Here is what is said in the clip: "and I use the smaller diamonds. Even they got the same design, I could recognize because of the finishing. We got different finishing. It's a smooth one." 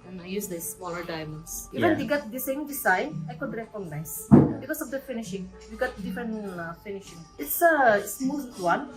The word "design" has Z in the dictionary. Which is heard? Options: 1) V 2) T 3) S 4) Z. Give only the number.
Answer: 3